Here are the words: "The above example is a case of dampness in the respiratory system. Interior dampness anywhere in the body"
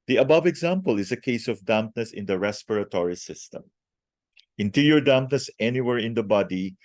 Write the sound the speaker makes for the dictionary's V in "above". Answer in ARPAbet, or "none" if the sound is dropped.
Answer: V